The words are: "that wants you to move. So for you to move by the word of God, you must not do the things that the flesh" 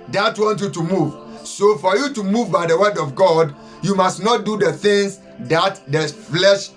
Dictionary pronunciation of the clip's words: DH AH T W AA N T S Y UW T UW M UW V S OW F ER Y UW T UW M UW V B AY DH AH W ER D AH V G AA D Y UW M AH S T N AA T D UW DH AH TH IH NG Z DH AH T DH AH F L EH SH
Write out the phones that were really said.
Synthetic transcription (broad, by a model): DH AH T W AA N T Y UW T UW M UW V S OW F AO Y UW T UW M UW V B AY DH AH W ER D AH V G AA D Y UW M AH S T N AA T D UW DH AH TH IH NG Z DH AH T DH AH F L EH SH